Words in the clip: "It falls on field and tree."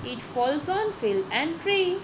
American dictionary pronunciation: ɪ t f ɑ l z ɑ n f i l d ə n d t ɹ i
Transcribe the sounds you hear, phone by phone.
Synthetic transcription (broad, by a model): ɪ t f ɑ l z ɑ n f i l ə n d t ɹ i